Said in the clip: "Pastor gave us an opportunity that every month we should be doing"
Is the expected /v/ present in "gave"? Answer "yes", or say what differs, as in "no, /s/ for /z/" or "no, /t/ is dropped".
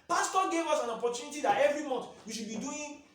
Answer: no, /w/ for /v/